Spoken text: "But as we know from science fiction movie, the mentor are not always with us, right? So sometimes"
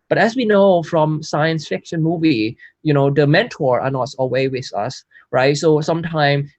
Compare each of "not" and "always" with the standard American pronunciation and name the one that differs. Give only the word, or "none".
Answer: always